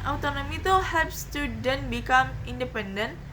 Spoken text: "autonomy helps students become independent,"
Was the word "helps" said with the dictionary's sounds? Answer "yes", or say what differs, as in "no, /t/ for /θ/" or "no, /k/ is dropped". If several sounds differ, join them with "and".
no, /l/ is dropped